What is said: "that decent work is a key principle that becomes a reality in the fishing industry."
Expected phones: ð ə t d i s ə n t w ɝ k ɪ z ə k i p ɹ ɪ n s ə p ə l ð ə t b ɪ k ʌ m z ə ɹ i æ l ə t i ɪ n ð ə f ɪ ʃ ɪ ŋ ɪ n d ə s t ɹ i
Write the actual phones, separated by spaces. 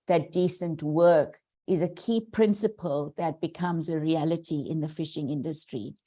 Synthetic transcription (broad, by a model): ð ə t d i s ə n t w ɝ k ɪ z ə k i p ɹ ɪ n s ə p ə l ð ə t b ɪ k ʌ m z ə ɹ i æ l ə t i ɪ n ð ə f ɪ ʃ ɪ ŋ ɪ n d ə s t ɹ i